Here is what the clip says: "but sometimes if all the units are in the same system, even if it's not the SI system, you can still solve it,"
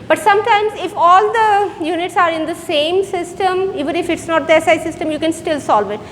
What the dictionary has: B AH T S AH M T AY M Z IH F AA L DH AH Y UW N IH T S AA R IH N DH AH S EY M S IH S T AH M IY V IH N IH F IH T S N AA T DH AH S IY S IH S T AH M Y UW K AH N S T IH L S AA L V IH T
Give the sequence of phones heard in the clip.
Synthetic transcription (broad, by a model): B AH T S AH M T AY M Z IH F AA L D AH Y UW N IH T S AA R IH N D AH S EY M S IH S T AH M IY V IH N IH F IH T S N AA T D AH S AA S IH S T AH M Y UW K AH N S T IH L S AA L V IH T